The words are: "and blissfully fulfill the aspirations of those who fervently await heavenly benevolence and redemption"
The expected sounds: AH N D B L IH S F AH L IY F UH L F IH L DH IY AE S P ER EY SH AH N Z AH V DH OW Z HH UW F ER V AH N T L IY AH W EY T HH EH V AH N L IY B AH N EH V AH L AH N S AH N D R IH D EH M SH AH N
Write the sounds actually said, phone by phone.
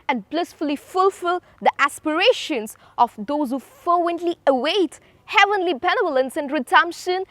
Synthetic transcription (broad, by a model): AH N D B L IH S F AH L IY F UH L F IH L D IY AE S P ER EY SH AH N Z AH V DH OW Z HH UW F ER W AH N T L IY AH W EY T HH EH V AH N L IY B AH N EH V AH L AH N S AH N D R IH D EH M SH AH N